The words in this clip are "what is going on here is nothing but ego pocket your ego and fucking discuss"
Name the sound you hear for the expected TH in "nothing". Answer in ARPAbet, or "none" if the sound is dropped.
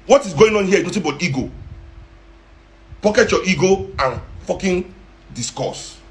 T